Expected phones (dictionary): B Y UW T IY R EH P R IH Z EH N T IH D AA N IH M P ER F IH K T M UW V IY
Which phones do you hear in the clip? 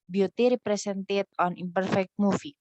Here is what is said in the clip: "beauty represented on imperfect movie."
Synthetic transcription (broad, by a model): B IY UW T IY R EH P R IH S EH N T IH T AA N IH M P ER F IH K T M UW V IY